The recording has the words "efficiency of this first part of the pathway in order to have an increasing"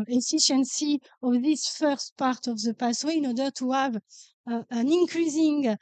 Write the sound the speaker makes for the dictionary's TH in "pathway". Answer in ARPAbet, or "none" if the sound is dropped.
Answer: S